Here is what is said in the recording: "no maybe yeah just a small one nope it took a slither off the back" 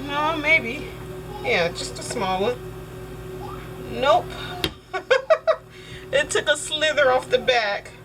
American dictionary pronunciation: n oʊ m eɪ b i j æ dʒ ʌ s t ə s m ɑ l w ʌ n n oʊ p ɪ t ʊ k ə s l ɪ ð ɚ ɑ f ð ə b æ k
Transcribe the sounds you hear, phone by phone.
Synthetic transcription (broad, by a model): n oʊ m eɪ b i j æ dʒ ʌ s t ə s m ɑ l w ʌ n n oʊ p ɪ t ʊ k ə s l ɪ ð ɚ ɑ f ð ə b æ k